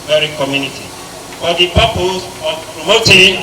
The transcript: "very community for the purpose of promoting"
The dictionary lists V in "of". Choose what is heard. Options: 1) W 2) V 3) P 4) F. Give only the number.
3